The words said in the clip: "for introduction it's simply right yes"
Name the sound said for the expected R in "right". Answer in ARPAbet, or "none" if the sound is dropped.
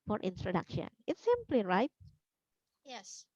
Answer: R